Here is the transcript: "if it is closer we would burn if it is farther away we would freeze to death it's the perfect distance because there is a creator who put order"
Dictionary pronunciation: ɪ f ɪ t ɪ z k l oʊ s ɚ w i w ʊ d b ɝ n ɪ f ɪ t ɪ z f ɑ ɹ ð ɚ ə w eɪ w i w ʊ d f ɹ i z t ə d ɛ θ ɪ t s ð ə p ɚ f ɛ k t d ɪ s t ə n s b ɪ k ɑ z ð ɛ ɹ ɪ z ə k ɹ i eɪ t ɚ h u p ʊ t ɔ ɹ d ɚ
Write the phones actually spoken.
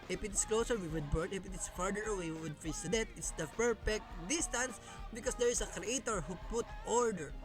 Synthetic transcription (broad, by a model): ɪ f ɪ t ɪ s k l oʊ s ɚ w i w ʊ d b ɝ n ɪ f ɪ t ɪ s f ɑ ɹ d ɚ ə w eɪ w i w ʊ d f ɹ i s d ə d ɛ t ɪ t s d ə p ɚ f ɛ k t d ɪ s t ə n s b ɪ k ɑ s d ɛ ɹ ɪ s ə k ɹ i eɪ t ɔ h u p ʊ t ɔ ɹ d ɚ